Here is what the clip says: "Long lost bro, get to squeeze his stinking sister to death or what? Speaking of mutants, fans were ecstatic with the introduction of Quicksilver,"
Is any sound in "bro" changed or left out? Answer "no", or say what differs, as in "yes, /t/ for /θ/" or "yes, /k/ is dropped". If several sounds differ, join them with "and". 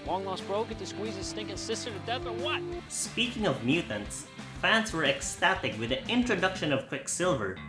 no